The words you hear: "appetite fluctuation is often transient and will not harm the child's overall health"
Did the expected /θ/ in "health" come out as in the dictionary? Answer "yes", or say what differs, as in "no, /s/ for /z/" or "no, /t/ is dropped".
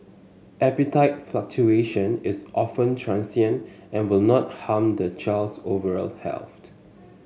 no, /t/ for /θ/